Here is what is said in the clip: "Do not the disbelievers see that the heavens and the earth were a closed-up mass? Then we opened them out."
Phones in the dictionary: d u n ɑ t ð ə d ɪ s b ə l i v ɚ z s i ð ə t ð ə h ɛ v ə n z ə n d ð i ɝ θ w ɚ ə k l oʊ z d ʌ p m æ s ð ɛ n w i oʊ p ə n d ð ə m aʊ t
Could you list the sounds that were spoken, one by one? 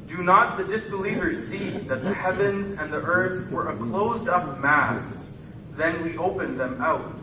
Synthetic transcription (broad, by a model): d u n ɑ t ð ə d ɪ s b ə l i v ɚ z s i ð ə t ð ə h ɛ v ə n z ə n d ð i ɝ θ w ɚ ə k l oʊ z d ʌ p m æ s ð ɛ n w i oʊ p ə n ð ə m aʊ t